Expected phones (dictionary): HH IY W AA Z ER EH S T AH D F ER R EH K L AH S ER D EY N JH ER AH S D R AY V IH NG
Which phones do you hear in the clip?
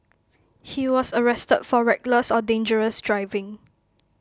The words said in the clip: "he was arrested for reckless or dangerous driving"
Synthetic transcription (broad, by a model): HH IY W AA S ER EH S T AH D F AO R EH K L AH S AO D EY N JH ER AH S D R AY V IH NG